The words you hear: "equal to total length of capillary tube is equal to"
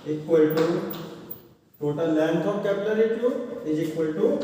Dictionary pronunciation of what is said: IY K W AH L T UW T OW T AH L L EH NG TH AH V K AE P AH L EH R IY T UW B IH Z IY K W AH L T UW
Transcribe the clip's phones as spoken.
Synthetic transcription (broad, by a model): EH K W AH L T UW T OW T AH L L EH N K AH P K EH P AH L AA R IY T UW IH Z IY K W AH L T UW